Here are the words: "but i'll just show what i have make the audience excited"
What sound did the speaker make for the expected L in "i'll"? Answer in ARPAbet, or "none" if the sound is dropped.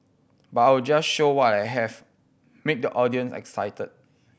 W